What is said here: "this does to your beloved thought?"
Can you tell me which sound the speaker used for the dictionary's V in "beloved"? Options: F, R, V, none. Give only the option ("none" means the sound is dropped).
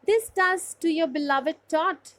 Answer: V